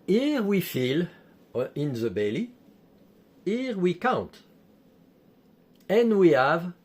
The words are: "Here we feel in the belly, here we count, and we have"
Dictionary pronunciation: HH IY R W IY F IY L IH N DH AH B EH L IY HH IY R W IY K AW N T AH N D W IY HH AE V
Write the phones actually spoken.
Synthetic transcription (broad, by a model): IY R W IY F IY L IH N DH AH B EH L IY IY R W IY K AW N T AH N W IY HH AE V